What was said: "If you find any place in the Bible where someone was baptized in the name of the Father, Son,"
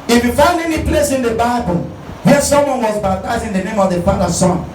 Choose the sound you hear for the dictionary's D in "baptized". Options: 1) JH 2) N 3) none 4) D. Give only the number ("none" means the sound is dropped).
3